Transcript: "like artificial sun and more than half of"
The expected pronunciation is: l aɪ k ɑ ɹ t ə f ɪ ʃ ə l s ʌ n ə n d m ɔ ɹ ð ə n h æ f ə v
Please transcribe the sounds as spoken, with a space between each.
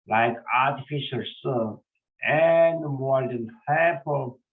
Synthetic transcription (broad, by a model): l aɪ k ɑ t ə f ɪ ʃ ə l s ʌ ə n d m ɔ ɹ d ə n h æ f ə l